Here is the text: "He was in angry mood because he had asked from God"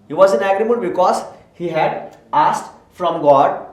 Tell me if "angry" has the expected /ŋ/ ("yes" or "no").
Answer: no